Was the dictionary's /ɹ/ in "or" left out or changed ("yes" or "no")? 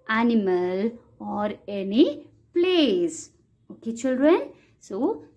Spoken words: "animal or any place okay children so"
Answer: no